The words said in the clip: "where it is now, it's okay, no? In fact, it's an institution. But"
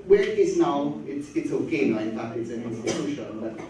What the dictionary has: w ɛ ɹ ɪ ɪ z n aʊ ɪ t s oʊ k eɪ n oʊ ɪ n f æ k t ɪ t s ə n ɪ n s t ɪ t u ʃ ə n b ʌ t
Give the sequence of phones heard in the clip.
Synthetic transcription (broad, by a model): w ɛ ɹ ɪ ɪ z n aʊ ɪ t s oʊ k eɪ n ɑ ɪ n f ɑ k ɪ t s ə n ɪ n s t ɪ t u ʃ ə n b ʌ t